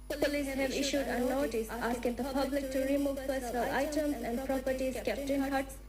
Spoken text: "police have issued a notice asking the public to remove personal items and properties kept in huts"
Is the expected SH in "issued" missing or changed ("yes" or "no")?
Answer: no